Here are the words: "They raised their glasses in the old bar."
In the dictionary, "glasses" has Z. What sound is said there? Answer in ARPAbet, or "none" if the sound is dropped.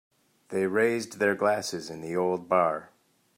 Z